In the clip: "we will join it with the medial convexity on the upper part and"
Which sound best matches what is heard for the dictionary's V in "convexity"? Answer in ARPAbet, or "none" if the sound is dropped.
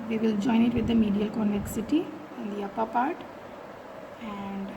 none